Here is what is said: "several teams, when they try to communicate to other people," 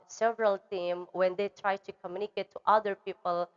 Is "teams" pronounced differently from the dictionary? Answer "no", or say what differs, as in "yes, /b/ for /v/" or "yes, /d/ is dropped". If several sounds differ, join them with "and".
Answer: yes, /z/ is dropped